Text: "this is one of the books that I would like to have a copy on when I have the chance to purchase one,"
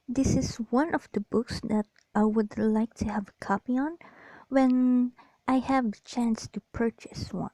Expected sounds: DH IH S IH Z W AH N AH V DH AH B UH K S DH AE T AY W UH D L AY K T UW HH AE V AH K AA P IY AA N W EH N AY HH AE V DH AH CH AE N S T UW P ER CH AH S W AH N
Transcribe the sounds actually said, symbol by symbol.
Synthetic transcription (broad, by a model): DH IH S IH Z W AH N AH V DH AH B UH K S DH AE T AY W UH D L AY K T UW HH AE V AH K AA P IY AA N W EH N AY HH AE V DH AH CH AE N S T UW P ER CH AH S W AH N